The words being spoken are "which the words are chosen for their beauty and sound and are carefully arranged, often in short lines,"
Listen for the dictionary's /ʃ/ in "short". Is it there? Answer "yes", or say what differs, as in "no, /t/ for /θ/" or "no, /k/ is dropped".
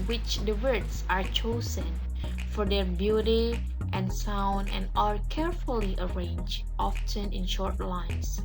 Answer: yes